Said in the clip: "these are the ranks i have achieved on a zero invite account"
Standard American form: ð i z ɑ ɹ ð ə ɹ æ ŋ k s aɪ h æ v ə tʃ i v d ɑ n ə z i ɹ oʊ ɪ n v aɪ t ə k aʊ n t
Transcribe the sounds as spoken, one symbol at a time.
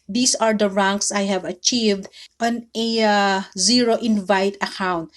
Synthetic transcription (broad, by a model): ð i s ɑ ɹ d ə ɹ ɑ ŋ k s aɪ h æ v ə tʃ i v d ɑ n ə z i ɹ oʊ ɪ n v aɪ t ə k aʊ n t